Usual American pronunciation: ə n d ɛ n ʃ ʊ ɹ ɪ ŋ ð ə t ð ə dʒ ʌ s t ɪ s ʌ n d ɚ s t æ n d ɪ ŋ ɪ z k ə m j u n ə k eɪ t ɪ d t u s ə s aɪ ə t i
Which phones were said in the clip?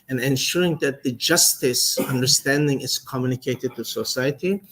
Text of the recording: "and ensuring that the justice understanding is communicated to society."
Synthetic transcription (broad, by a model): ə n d ɛ n ʃ ʊ ɹ ɪ ŋ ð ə t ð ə dʒ ʌ s t ɪ s ʌ n d ɚ s t æ n d ɪ ŋ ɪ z k ə m j u n ə k eɪ t ɪ d t u s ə s aɪ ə t i